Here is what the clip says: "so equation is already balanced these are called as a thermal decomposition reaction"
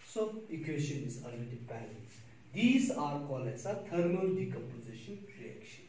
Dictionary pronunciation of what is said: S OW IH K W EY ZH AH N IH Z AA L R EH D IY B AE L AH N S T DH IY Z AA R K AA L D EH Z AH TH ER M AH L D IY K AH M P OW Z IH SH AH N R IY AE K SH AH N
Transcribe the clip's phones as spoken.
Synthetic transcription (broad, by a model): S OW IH K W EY SH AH N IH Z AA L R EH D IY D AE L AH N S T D IY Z AA R K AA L EH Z AH T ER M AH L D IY K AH M P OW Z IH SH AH N R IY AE K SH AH N